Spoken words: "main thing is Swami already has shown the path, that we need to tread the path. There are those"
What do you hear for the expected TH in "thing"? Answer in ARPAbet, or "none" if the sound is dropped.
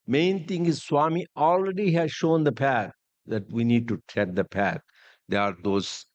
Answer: T